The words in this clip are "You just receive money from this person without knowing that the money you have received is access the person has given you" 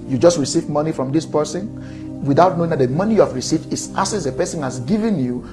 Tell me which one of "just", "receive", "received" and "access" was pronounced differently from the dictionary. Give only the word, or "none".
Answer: access